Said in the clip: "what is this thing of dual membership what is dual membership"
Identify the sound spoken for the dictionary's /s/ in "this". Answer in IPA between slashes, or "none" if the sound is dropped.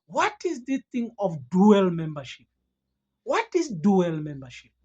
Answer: none